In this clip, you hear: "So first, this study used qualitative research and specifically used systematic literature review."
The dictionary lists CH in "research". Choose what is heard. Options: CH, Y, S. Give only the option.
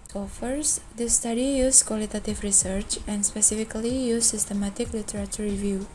CH